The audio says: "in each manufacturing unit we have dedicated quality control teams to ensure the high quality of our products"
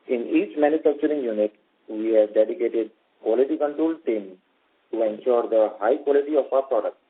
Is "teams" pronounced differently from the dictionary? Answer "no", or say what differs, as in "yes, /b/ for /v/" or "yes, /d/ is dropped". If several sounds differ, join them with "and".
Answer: yes, /z/ is dropped